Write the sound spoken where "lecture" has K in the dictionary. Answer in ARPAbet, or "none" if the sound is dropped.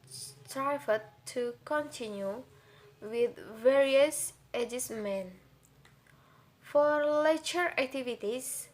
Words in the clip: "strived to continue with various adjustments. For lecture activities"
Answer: none